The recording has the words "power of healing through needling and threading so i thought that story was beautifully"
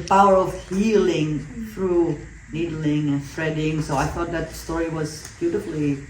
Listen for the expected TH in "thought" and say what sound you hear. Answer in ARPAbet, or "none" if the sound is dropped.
TH